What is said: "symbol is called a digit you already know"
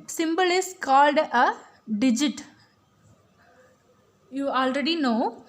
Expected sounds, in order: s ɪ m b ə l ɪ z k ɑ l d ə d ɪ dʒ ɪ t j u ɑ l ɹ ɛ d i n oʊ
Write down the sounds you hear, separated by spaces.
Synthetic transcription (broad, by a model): s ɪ m b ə l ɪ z k ɑ l d ə d ɪ dʒ ɪ t j u ɑ l ɹ ɛ d i n oʊ